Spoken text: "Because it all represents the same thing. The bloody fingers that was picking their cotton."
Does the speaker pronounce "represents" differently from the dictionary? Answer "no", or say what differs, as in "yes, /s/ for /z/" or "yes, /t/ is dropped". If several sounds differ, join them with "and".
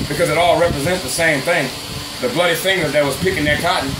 no